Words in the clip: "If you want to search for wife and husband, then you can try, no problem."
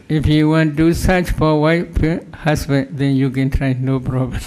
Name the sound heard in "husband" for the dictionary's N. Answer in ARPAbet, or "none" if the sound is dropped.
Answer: none